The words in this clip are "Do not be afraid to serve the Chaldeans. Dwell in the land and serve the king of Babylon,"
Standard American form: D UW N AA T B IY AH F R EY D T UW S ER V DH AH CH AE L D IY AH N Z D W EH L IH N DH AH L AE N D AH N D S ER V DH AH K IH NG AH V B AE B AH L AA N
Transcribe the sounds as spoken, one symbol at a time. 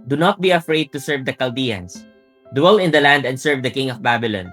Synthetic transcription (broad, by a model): D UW N AA T B IY AH F R EY D T UW S ER V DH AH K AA L D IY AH N S D W EH L IH N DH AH L AE N D AH N D S ER V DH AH K IH NG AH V B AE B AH L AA N